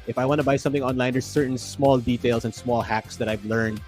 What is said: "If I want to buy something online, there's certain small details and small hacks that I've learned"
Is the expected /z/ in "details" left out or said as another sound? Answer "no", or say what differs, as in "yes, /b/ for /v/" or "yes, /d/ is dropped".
yes, /s/ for /z/